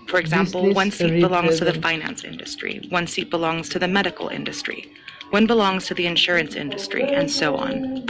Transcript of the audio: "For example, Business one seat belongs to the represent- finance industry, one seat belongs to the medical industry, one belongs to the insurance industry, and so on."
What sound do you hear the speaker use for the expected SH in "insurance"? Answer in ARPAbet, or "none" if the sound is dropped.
SH